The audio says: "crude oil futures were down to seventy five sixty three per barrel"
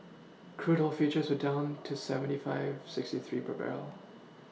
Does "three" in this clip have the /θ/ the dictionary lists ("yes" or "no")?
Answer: yes